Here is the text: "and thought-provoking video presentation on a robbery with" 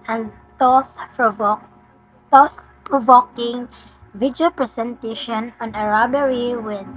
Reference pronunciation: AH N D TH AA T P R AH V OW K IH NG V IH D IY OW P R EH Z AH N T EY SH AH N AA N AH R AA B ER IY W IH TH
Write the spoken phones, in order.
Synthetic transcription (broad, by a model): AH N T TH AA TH P R AH V OW K IH NG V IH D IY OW P R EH S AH N T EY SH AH N AA N AH R AA B ER IY W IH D